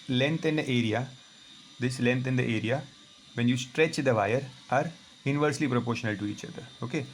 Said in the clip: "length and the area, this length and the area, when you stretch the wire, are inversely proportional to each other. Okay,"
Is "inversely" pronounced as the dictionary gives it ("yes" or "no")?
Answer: yes